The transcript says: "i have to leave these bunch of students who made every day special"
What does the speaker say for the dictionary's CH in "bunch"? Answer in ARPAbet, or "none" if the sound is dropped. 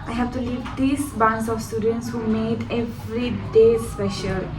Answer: S